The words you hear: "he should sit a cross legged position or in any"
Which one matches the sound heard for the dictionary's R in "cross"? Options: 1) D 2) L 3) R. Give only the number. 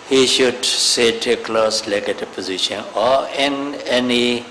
2